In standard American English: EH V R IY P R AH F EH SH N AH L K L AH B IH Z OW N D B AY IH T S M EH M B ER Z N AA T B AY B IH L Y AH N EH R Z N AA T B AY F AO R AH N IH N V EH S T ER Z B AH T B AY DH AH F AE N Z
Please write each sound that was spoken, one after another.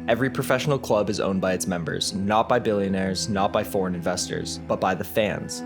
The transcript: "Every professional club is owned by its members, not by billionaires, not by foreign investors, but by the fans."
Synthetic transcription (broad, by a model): EH V R IY P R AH F EH SH N L K L AH B IH Z OW N B AY IH T S M EH M B ER Z N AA T B AY B IH L Y AH N EH R Z N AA T B AY F AO R AH N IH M V EH S T ER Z B AH T B AY DH AH F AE N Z